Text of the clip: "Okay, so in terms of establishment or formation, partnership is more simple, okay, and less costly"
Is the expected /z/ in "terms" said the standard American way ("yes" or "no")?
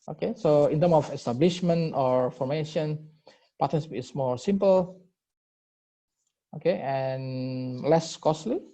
no